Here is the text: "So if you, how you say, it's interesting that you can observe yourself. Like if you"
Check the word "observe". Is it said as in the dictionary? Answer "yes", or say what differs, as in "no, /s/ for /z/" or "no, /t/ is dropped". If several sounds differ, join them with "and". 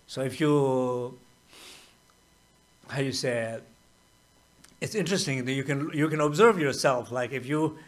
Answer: yes